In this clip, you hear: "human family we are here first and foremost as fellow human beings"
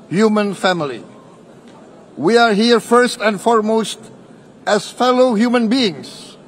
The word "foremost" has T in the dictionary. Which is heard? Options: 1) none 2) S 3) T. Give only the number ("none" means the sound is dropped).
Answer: 3